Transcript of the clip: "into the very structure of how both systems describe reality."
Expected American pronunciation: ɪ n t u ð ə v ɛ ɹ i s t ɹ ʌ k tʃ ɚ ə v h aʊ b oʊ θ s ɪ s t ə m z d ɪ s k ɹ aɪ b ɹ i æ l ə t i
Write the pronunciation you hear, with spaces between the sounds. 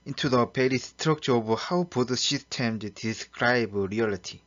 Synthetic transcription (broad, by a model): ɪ n t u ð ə p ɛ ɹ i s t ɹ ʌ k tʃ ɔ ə h aʊ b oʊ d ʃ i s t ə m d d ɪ s k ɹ aɪ b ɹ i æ l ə t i